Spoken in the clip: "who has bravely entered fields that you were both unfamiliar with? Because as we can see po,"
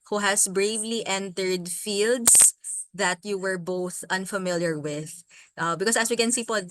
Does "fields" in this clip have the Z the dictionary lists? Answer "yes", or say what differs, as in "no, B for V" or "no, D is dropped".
no, S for Z